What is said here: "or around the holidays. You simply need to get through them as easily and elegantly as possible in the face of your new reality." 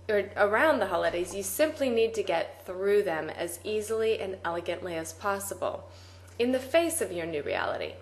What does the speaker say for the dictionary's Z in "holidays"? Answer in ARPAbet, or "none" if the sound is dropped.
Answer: Z